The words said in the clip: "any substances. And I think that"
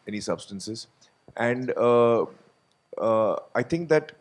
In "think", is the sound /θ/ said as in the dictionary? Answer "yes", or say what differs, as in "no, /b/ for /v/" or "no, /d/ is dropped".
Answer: no, /t/ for /θ/